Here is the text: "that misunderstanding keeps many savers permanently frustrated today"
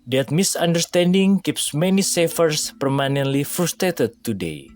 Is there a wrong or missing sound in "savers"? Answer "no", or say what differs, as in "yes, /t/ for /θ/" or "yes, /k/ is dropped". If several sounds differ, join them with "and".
yes, /f/ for /v/ and /s/ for /z/